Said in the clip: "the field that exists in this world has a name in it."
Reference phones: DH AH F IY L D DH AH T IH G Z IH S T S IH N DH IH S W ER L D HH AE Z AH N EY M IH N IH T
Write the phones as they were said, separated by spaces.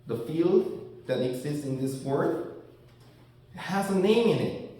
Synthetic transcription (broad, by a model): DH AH F IY L D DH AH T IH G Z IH S T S IH N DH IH S W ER D HH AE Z AH N EY M IH N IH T